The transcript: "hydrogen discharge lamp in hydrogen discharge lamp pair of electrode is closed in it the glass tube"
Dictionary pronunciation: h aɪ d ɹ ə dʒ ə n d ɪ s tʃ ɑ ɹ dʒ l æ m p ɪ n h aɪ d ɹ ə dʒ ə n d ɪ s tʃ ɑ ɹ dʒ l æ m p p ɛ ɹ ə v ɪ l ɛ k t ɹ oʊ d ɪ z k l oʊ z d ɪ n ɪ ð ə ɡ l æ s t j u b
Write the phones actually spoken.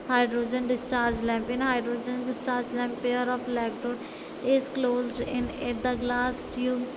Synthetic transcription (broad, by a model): h aɪ d ɹ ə dʒ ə n d ɪ s tʃ ɑ ɹ dʒ l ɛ m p ɪ n h aɪ d ɹ ə dʒ ə n d ɪ s tʃ ɑ ɹ dʒ l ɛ m p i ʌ ɹ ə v l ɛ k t oʊ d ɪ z k l oʊ z d ɪ n ɪ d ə ɡ l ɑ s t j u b